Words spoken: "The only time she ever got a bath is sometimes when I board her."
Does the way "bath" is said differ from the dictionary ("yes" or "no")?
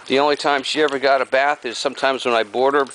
no